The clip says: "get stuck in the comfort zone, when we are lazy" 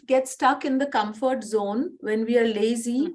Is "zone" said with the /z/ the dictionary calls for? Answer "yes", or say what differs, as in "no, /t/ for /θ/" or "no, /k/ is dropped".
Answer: yes